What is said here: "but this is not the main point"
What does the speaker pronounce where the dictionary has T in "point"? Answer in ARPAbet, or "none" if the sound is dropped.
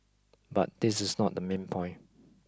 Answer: none